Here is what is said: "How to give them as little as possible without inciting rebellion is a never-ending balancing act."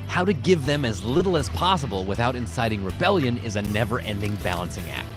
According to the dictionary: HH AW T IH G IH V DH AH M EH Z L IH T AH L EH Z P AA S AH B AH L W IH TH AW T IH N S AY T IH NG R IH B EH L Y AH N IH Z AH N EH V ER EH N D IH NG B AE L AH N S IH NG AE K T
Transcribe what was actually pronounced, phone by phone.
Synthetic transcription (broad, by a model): HH AW T IH G IH V DH AH M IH Z L IH T L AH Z P AA S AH B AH L W IH TH AW T IH N S AY T IH NG R IH B EH L Y AH N IH Z AH N EH V ER EH N D IH NG B AE L AH N S IH NG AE K T